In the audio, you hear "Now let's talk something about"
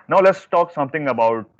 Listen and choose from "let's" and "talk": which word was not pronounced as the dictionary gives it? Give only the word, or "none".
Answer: none